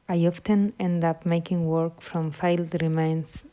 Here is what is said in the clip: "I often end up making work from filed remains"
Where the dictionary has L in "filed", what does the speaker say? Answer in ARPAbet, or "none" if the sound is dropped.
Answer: L